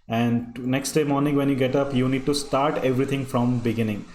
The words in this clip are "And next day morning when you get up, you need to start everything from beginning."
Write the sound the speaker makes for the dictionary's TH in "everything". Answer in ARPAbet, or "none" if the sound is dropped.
T